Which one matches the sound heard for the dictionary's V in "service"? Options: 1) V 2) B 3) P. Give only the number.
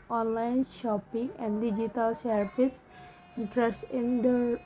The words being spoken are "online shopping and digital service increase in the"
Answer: 3